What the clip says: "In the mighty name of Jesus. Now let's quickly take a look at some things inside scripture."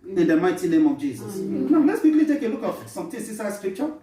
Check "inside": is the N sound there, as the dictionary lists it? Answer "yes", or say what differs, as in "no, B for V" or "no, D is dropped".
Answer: no, N is dropped